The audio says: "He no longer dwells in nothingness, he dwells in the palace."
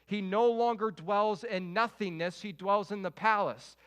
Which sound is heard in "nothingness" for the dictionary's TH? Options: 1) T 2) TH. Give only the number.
2